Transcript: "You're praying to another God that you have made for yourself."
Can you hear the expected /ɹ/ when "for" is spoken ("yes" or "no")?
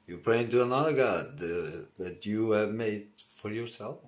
yes